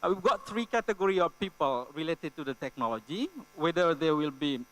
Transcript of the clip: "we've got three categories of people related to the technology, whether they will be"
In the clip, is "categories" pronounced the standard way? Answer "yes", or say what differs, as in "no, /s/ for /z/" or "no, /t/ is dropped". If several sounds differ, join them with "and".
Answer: no, /z/ is dropped